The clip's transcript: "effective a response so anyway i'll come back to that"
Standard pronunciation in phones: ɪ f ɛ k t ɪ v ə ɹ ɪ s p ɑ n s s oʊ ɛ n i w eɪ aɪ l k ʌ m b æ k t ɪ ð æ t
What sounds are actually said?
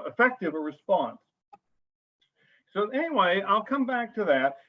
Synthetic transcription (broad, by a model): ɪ f ɛ k t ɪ v ə ɹ ɪ s p ɑ n s s oʊ ɛ n i w eɪ aɪ l k ʌ m b æ k t ɪ ð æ t